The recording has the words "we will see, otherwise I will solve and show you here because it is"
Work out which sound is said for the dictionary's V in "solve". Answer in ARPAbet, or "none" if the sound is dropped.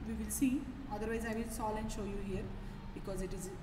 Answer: none